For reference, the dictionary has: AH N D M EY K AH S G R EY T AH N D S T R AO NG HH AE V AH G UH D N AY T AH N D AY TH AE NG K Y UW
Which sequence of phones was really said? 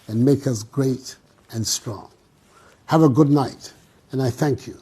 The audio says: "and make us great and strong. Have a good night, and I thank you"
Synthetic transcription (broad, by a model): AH N M EY K AH S G R EY T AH N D S T R AO NG HH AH V AH G UH D N AY T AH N AY TH AE NG K Y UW